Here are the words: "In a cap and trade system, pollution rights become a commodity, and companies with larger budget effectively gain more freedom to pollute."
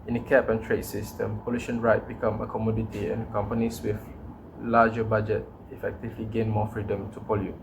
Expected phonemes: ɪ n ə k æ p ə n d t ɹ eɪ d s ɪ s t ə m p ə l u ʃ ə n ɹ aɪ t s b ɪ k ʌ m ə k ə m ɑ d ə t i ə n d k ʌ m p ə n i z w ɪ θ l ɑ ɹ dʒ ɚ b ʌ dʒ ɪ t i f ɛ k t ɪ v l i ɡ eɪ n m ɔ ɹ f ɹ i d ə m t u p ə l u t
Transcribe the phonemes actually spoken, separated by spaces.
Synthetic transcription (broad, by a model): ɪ n ə k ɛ p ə n t ɹ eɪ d s ɪ s t ə m p ə l u ʃ ə n ɹ aɪ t b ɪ k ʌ m ə k ə m ɑ d ə t i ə n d k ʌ m p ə n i s w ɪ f l ɑ dʒ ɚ b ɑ dʒ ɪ t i f ɛ k t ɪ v l i ɡ eɪ n m ɔ f ɹ i d ə m t u p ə l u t